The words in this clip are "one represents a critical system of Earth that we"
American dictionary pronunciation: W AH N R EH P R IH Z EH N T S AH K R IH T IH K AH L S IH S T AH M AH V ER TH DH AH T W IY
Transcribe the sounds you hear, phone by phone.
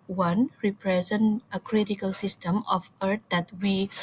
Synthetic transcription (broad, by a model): W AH N R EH P R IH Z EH N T AH K R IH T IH K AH L S IH S T AH M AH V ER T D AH T W IY